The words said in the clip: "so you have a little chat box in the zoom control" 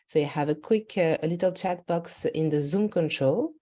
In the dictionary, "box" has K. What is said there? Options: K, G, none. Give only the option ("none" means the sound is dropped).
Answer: K